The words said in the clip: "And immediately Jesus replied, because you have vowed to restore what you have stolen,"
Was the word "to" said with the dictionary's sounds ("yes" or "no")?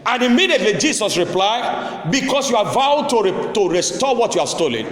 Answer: yes